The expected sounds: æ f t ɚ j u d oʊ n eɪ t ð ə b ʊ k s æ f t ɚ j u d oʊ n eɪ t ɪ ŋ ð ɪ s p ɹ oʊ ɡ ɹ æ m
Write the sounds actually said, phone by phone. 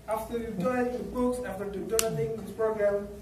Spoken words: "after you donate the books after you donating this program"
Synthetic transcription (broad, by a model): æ f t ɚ j u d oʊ ɪ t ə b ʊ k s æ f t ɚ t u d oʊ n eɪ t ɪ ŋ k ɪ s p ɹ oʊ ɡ ɹ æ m